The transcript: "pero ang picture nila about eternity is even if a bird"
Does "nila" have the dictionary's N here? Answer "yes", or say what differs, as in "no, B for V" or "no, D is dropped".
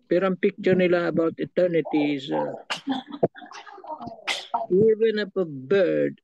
yes